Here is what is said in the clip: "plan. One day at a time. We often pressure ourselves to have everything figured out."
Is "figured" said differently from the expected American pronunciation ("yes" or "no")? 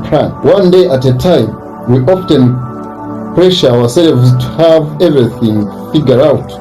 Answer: yes